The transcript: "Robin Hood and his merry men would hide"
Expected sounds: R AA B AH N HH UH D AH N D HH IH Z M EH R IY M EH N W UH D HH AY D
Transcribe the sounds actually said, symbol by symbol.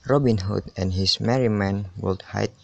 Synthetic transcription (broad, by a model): R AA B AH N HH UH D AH N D HH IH S M EH R IY M EH N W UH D HH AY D